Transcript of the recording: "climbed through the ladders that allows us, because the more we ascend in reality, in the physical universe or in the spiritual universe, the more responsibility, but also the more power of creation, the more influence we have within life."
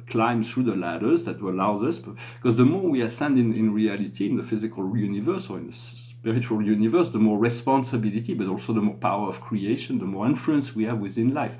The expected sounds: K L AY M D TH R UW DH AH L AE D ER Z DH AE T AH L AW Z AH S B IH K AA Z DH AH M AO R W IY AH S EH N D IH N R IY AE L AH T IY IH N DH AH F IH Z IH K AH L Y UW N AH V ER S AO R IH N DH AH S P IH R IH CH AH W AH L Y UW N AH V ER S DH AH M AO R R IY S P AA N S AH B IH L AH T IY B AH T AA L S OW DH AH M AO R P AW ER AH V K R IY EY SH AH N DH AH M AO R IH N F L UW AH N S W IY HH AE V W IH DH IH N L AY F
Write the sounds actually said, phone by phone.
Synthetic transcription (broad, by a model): K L AY M TH R UW DH AH L AE D ER Z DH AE T AH L AW Z AH S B K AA Z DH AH M AO R W IY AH S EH N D IH N R IY AE L AH T IY IH N DH AH F IH Z IH K AH L Y UW N AH V ER S AO R IH N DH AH S P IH R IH CH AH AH L Y UW N AH V ER S DH AH M AO R R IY S P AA N S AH B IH L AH T IY B AH T AA L S OW DH AH M AO R P AW ER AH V K R IY EY SH AH N DH AH M AO R IH N F L UW AH N S W IY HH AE V W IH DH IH N L AY F